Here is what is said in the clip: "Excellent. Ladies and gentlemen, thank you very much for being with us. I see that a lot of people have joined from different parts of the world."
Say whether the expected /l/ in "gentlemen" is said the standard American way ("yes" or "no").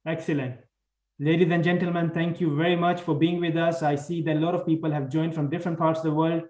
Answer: yes